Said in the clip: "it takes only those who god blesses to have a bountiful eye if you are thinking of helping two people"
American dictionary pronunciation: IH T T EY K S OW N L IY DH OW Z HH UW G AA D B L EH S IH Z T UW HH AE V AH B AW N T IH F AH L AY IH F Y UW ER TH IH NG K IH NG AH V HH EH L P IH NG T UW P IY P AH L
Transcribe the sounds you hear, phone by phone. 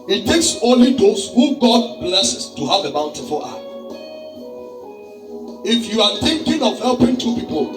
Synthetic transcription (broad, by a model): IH T T EY K S OW N L IY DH OW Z HH UW G AA D B L EH S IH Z T UW HH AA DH AH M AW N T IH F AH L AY IH F Y UW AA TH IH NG K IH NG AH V HH EH L P IH NG T UW P IY P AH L